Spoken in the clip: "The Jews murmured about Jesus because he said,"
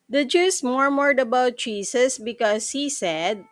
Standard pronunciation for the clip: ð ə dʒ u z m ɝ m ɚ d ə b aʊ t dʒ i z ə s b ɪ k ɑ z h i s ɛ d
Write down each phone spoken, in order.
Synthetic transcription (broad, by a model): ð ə dʒ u s m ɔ m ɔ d ə b aʊ t tʃ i s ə s b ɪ k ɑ s h i s ɛ d